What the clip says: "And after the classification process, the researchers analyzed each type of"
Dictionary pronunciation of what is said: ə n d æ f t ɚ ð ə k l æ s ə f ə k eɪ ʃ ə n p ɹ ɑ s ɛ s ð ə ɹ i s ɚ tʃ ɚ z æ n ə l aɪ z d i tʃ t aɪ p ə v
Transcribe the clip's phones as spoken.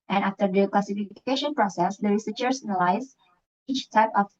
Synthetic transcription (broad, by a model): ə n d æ f t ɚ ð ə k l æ s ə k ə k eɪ ʃ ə n p ɹ ɑ s ɛ s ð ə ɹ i s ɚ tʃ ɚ s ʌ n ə l aɪ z i tʃ t aɪ p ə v